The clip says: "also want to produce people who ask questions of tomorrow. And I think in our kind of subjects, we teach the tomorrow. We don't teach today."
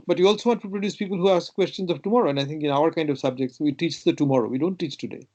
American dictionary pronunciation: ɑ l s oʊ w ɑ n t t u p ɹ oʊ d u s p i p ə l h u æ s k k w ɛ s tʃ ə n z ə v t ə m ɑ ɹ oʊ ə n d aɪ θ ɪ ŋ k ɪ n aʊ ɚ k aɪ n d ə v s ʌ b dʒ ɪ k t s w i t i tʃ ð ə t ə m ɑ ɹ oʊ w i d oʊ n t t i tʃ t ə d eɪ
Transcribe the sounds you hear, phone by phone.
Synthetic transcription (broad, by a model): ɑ l s oʊ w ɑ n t t u p ɹ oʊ d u s p i p ə l h u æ s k k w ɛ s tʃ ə n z ə v t ə m ɑ ɹ oʊ ə n d aɪ t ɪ ŋ k ɪ n aʊ ɚ k aɪ n d ə v s ʌ b dʒ ɪ k t s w i t i tʃ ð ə t ə m ɑ ɹ oʊ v i d oʊ n t t i tʃ t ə d eɪ